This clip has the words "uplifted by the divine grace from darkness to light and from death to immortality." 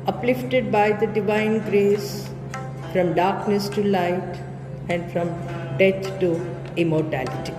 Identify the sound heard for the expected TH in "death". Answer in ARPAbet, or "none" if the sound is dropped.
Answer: T